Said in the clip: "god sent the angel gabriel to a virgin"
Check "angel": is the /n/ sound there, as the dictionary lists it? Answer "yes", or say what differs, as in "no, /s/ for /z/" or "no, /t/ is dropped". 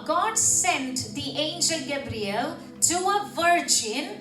yes